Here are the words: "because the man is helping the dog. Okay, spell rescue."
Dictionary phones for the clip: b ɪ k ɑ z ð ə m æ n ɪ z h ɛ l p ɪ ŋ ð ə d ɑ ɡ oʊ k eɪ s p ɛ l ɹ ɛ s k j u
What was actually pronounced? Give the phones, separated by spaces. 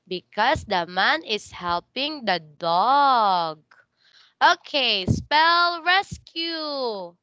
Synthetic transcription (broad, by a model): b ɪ k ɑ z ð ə m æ n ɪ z h ɛ l p ɪ ŋ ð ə d ɑ ɡ oʊ k eɪ s p ɛ l ɹ ɛ s k j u